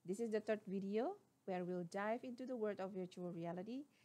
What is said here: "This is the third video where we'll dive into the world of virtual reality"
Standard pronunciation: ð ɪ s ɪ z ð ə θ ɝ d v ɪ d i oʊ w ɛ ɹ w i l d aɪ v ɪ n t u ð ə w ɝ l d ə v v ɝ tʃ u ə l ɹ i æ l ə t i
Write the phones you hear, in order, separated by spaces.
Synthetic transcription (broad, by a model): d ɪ s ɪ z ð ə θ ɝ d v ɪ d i oʊ w ɛ ɹ w i l d aɪ v ɪ n t u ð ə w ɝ d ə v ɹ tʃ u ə l ɹ i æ l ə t i